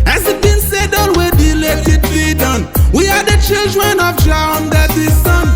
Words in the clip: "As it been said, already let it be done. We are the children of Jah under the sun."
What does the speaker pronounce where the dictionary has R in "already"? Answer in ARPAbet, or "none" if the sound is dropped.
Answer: W